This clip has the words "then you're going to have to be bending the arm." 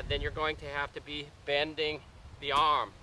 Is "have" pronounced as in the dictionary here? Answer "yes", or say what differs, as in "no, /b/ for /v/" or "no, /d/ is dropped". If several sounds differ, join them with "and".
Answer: no, /f/ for /v/